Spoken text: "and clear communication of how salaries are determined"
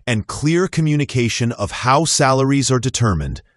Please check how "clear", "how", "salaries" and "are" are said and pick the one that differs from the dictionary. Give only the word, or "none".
none